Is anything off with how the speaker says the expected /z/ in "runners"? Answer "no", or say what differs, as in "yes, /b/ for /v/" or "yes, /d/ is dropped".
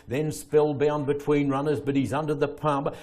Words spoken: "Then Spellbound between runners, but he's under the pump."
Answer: no